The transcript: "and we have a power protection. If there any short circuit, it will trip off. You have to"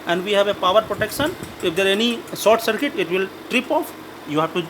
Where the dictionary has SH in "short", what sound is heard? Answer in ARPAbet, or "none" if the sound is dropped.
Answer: S